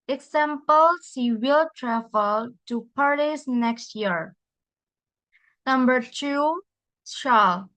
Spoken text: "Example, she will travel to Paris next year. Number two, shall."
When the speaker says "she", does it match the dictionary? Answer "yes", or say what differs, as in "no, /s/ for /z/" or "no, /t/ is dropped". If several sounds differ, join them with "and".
no, /s/ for /ʃ/